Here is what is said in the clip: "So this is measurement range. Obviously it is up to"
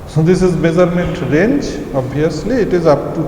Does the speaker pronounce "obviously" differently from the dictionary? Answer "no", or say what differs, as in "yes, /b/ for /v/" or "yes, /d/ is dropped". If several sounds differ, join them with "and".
yes, /v/ is dropped